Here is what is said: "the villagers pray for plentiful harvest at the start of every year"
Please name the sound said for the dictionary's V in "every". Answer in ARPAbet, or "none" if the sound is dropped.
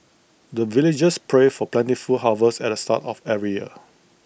none